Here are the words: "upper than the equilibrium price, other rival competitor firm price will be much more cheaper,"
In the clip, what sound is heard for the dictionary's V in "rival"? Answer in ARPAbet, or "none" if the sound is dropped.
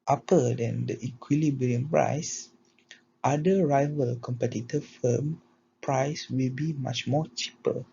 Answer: V